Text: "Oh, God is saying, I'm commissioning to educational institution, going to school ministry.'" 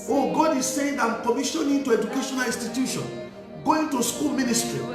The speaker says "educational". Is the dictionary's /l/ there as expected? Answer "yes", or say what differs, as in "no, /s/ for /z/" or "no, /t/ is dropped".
yes